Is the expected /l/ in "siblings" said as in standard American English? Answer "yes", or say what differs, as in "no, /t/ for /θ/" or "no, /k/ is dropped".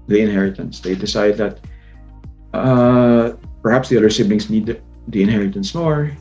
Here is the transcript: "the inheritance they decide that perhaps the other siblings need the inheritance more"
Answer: no, /n/ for /l/